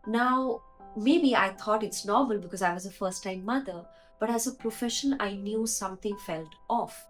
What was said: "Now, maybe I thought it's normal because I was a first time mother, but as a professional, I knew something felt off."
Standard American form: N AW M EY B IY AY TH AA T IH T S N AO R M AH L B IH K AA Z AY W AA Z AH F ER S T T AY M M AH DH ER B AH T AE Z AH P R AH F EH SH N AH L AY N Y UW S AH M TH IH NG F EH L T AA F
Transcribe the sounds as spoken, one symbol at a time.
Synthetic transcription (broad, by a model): N AW M EY B IY AY T AA T IH T S N AO R M AH L B IH K AA Z AY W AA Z AH F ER S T T AY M M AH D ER B AH T AE Z AH P R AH F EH SH AH N AY N Y UW S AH M T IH NG F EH L T AA F